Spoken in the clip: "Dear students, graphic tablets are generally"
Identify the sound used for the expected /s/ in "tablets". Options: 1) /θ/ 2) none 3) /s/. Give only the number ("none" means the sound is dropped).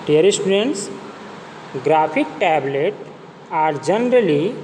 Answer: 2